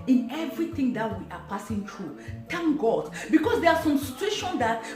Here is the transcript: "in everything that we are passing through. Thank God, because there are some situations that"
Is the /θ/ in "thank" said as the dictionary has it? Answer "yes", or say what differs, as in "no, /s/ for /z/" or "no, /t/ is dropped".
no, /t/ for /θ/